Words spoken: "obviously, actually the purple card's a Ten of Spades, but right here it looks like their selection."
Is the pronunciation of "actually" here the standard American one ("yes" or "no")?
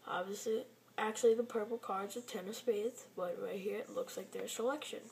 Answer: yes